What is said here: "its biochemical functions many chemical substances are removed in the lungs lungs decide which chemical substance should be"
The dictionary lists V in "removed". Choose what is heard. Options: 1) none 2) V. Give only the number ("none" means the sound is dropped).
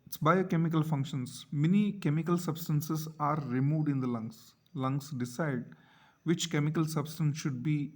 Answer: 2